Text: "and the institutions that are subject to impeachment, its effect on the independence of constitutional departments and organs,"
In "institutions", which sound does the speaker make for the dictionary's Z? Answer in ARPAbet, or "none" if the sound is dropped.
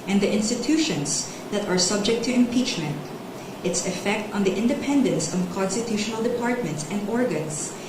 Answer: S